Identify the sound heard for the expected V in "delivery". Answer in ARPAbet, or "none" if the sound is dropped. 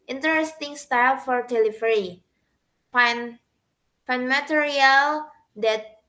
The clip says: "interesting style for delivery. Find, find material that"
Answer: F